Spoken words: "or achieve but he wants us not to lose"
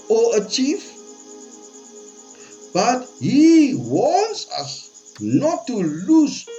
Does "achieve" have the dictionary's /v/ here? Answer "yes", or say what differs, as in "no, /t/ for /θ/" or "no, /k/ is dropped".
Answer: no, /f/ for /v/